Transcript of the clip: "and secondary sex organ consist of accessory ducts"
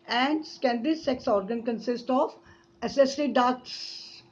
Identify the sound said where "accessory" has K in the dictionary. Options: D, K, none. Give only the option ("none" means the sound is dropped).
none